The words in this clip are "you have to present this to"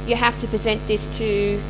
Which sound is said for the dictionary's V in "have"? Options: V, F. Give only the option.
F